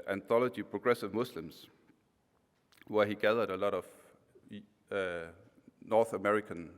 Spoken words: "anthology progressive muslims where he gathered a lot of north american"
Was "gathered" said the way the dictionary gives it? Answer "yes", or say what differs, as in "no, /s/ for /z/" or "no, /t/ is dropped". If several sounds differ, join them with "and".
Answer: yes